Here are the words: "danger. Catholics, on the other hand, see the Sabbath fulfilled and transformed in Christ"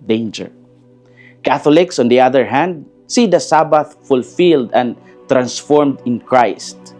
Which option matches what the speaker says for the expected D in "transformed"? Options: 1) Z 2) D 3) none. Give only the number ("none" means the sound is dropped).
2